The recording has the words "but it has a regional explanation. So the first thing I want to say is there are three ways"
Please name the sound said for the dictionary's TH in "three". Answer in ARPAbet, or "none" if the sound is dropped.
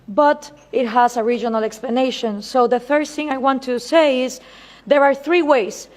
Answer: TH